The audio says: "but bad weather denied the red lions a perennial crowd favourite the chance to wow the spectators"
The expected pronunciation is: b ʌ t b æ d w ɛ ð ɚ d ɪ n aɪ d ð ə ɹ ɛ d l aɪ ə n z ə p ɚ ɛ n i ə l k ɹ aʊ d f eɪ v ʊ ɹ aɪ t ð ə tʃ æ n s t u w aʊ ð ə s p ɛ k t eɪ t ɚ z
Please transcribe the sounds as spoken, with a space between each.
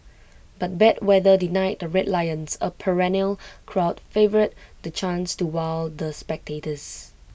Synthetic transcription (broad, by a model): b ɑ t b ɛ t w ɛ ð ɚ d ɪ n aɪ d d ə ɹ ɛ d l aɪ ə n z ə p ɚ ɛ n i ə l k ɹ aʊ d f eɪ v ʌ ɹ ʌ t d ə tʃ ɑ n s t u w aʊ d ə s p ɛ k t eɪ t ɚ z